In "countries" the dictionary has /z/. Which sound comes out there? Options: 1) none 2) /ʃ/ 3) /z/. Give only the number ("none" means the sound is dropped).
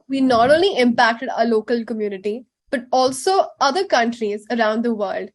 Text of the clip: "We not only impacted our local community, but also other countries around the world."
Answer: 3